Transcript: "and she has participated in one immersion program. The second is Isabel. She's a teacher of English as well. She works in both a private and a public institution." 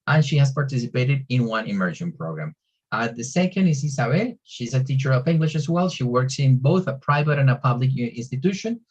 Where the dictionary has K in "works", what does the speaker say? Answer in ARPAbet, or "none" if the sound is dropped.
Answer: K